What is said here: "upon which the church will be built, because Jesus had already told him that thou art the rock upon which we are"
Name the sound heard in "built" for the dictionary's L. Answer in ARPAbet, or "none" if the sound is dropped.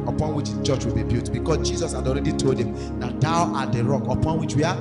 none